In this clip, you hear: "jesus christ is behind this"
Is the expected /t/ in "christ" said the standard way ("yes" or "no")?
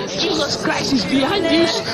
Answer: no